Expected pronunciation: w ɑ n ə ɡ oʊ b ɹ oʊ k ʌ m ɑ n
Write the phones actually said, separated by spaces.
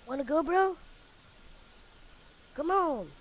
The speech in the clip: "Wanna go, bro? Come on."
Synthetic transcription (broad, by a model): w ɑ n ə ɡ oʊ b ɹ oʊ k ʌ m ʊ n